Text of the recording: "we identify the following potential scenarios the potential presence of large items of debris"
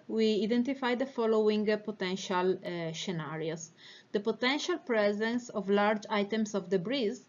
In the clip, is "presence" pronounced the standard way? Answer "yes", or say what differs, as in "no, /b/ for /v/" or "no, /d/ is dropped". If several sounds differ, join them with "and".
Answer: yes